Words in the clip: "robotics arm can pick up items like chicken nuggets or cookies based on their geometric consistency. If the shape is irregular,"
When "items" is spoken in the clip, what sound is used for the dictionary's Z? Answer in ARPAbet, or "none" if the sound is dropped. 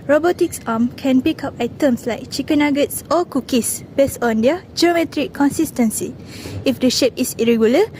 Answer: S